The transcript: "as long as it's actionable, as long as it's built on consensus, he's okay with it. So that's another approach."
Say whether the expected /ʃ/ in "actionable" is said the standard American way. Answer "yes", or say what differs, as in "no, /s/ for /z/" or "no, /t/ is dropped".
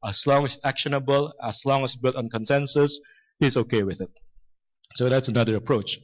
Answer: yes